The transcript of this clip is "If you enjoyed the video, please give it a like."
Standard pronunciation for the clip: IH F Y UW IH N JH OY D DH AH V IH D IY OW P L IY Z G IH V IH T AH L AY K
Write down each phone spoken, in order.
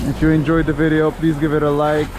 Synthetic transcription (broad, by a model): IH F Y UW IH N JH OY D DH AH V IH D IY OW P L IY Z G IH V IH T AH L AY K